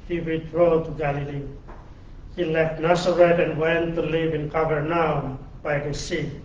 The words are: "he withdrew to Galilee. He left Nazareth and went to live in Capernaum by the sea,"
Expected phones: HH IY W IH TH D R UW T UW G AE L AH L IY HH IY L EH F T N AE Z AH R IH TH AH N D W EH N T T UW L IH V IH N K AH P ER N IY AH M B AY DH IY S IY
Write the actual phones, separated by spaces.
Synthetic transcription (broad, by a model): HH IY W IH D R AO T UW G AE L AH L IY HH IY L EH F T N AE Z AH R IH T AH N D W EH N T T UW L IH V IH N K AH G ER N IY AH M B AY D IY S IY